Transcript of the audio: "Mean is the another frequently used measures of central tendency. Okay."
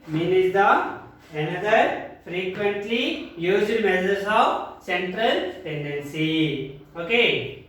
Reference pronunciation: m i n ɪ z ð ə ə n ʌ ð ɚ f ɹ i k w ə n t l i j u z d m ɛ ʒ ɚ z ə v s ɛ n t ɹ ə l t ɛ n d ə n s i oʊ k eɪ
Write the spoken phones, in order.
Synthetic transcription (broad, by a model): m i n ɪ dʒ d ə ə n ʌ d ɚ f ɹ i k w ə n t l i j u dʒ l m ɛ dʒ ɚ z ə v s ɛ n t ɹ ə l t ɛ n d ə n s i oʊ k eɪ